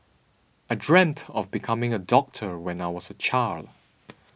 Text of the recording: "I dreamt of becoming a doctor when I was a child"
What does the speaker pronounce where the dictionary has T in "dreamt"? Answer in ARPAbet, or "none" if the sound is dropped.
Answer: T